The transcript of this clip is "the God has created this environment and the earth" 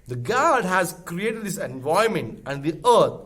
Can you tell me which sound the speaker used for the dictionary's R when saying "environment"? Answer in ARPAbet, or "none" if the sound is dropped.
none